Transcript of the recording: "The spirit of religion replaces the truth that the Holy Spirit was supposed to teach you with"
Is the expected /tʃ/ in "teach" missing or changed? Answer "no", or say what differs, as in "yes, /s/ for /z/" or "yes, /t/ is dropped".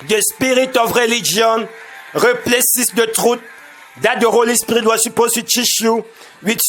yes, /ʃ/ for /tʃ/